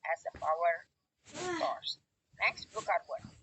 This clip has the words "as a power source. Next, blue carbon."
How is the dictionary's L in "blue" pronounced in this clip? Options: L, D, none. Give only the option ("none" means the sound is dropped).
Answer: none